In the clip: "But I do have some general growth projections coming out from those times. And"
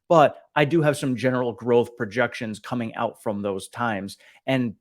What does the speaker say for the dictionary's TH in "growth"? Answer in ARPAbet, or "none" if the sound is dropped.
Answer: TH